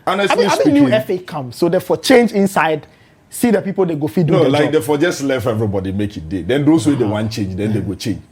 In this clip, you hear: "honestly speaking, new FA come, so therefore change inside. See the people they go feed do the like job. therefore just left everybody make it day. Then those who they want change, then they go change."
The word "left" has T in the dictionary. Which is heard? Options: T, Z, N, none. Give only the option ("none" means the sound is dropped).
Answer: none